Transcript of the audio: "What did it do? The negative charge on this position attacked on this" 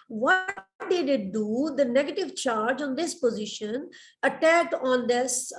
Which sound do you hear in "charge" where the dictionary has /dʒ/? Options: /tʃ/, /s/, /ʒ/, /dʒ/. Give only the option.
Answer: /dʒ/